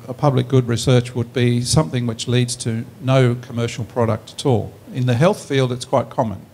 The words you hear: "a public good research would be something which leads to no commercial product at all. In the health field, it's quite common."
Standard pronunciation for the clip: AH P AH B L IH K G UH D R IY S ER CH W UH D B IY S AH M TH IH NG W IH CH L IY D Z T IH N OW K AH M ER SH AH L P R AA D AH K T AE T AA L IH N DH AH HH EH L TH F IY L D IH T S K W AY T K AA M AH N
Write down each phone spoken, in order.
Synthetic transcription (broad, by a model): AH P AH B L IH K G UH D R IY S ER CH W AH D B IY S AH M TH IH NG W IH CH L IY D Z T IH N OW K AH M ER SH L P R AA D AH K T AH T AA L IH N DH AH HH EH L TH F IY L D IH T S K W AY T K AA M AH N